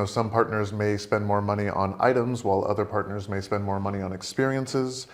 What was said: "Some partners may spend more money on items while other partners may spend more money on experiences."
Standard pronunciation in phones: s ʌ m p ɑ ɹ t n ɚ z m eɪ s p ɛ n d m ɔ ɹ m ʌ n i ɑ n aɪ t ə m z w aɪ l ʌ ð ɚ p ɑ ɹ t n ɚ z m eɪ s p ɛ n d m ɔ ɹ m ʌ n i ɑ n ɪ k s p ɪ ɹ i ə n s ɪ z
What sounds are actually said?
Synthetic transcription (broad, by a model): s ʌ m p ɑ ɹ t n ɚ z m eɪ s p ɛ n d m ɔ ɹ m ʌ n i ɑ n aɪ t ə m z w aɪ l ʌ ð ɚ p ɑ ɹ t n ɚ z m eɪ s p ɛ n d m ɔ ɹ m ʌ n i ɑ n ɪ k s p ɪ ɹ i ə n s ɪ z